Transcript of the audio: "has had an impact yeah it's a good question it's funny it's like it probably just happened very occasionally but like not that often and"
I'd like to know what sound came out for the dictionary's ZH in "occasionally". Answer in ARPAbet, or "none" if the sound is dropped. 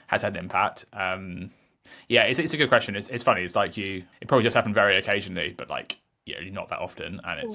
ZH